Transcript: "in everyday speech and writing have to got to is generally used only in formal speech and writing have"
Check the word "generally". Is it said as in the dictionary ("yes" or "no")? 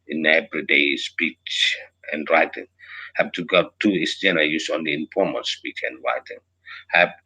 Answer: no